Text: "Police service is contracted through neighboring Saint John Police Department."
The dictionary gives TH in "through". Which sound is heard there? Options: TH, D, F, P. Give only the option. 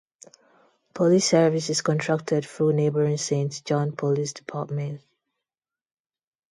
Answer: F